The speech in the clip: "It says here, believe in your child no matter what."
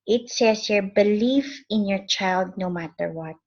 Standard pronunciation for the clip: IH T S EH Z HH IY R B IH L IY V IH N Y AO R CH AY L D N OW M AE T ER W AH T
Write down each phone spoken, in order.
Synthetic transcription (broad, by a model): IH T S EH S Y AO R B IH L IY F IH N Y AO R CH AY L D N OW M AE T ER W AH T